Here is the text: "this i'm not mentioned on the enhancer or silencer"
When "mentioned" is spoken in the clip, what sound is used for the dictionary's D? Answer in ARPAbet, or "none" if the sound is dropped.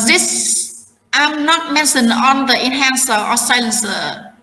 none